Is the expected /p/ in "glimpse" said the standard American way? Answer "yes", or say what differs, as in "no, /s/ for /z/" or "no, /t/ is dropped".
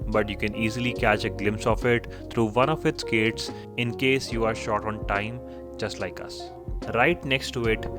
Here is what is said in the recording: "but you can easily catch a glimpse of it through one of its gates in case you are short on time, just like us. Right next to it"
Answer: yes